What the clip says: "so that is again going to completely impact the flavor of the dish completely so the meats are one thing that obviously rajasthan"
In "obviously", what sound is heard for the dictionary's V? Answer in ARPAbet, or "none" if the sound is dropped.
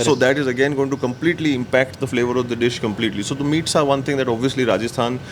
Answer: V